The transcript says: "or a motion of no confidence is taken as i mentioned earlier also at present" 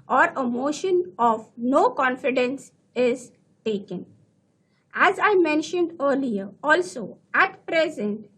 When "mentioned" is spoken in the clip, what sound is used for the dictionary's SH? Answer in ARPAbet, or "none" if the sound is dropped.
SH